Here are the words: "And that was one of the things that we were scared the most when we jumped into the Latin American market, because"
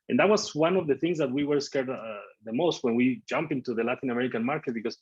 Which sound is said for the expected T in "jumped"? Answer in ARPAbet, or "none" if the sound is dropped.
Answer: none